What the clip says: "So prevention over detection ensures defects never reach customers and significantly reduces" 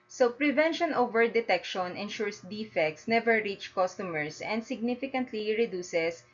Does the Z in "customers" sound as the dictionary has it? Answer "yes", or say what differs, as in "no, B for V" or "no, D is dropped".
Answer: no, S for Z